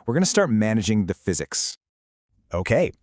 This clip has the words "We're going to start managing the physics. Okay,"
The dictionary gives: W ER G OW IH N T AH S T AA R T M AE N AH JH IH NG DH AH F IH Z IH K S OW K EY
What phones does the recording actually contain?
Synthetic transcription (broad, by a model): W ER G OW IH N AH S T AA R T M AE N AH JH IH NG DH AH F IH Z IH K S OW K EY